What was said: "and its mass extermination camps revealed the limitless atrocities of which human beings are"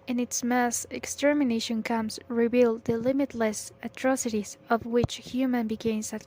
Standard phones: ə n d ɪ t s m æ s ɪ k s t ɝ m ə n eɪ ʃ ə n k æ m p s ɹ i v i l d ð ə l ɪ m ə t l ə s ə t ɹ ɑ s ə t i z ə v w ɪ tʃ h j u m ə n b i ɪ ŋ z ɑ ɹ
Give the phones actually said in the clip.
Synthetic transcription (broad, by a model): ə n ɪ t s m æ s ɪ k s t ɝ m ə n eɪ ʃ ə n k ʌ m s ɹ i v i l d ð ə l ɪ m ə t l ə s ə t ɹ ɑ s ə t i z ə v w ɪ tʃ h j u m ə n b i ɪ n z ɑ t